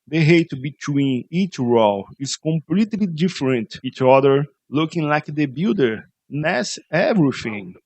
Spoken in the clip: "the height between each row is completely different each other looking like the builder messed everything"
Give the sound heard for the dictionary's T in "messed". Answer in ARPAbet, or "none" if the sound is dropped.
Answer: none